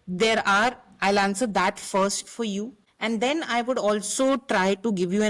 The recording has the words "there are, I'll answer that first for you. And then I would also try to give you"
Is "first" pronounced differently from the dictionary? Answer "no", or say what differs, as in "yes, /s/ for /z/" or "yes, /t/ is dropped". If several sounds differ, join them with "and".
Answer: no